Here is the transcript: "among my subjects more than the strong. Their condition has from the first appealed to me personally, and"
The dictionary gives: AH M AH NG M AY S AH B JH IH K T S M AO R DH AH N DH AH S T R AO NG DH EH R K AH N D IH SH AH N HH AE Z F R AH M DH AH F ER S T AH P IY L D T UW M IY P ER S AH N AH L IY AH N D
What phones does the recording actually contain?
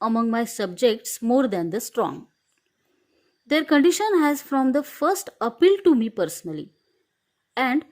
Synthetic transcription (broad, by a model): AH M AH NG M AY S AH B JH IH K T S M AO R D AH N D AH S T R AO NG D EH R K AH N D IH SH AH N HH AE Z F R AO M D AH F ER S T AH P IY L T UW M IY P ER S AH N AH L IY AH N D